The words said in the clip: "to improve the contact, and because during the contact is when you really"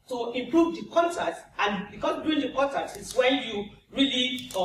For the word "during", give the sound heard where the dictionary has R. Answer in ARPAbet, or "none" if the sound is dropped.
none